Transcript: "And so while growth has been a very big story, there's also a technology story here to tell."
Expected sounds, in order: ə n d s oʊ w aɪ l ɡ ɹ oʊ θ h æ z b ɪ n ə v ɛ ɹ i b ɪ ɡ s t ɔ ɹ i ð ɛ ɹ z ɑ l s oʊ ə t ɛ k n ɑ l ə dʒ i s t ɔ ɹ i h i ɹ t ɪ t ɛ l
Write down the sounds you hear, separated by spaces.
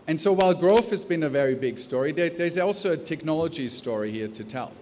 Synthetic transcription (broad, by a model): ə n s oʊ w aɪ l ɡ ɹ oʊ f h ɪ z b ɪ n ə v ɛ ɹ i b ɪ ɡ s t ɔ ɹ i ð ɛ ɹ z ɑ l s oʊ ə t ɛ k n ɑ l ə dʒ i s t ɔ ɹ i h i ɹ t ɪ t ɛ l